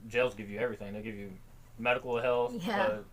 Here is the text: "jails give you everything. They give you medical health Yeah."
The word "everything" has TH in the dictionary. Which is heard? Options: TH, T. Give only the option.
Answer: TH